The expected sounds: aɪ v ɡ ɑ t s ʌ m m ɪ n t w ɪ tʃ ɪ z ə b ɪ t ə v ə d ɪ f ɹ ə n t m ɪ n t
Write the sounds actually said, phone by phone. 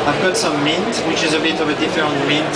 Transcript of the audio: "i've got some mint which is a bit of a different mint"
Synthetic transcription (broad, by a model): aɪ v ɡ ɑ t s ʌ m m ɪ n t w ɪ tʃ ɪ z ə b ɪ t ə v ə d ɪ f ɹ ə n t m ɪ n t